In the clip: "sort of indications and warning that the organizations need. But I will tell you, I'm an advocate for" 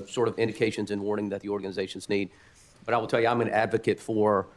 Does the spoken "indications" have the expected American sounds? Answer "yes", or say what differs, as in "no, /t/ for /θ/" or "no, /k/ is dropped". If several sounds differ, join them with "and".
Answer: yes